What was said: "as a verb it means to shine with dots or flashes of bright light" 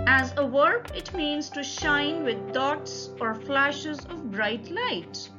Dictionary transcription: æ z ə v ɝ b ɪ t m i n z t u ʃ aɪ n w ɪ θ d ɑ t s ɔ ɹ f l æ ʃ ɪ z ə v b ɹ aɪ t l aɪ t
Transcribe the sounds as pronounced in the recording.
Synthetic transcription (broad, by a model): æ z ə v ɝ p ɪ t m i n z t u ʃ aɪ n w ɪ d ɑ t s ɔ ɹ f l æ ʃ ɪ z ə v b ɹ aɪ t l aɪ t